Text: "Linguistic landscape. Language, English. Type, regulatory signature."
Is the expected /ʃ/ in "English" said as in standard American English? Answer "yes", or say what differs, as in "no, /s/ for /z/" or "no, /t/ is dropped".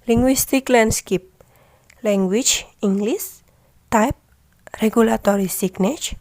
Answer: no, /s/ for /ʃ/